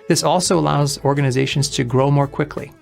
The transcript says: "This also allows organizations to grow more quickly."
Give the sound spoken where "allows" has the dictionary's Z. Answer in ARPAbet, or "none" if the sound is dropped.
Z